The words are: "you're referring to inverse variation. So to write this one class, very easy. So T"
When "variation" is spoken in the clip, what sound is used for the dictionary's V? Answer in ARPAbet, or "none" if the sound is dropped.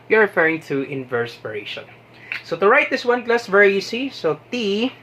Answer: P